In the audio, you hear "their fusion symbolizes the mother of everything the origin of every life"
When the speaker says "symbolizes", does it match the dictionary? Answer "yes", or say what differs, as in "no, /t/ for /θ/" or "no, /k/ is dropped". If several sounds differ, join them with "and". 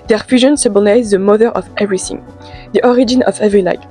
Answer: no, /m/ is dropped and /n/ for /l/